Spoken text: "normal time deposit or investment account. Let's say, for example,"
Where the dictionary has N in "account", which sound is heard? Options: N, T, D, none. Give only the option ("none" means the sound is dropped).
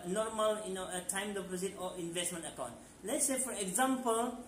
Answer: N